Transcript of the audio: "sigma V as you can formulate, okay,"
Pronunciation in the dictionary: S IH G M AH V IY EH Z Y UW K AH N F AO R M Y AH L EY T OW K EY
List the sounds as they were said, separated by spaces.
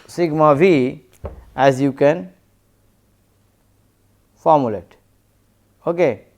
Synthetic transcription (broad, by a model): S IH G M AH B IY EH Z Y UW K AH N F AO R M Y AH L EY T OW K EY